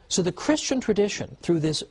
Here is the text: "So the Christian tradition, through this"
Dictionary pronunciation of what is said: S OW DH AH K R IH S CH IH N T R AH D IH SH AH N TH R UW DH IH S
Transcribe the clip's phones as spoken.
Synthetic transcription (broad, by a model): S OW DH AH K R IH S CH IH N T R AH D IH SH AH N TH R UW DH IH S